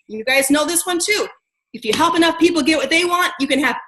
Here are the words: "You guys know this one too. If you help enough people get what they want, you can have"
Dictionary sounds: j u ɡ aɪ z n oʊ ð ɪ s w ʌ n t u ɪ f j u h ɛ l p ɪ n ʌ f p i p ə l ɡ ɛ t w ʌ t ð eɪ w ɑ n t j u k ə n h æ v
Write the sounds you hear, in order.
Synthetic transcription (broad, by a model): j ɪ ɡ aɪ z n oʊ ð ɪ s w ʌ n t u ɪ f j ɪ h ɛ l p ɪ n ʌ f p i p l ɡ ɛ t w ʌ t ð eɪ w ɑ n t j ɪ k ə n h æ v